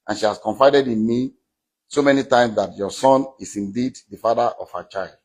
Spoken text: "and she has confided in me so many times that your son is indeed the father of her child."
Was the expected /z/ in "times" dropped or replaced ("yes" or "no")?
yes